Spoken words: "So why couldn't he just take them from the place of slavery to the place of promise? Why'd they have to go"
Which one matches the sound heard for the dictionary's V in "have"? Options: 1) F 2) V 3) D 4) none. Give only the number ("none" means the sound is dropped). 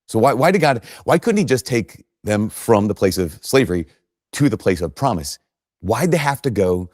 1